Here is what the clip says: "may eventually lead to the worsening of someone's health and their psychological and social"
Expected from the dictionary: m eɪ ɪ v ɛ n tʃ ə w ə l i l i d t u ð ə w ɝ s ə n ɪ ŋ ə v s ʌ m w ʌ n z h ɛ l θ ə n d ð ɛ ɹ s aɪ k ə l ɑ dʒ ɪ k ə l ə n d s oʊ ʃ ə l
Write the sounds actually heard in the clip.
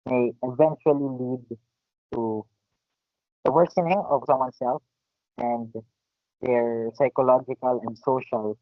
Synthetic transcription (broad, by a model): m eɪ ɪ v ɛ n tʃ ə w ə l i l i d t u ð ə w ɝ s ə n ɪ ŋ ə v s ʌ m w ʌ n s ɛ l f ə n d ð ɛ ɹ s aɪ k ə l ɑ dʒ ɪ k ə l ə n d s oʊ ʃ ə l